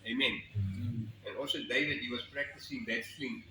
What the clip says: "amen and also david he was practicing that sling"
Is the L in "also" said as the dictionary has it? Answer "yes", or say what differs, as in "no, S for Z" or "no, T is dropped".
yes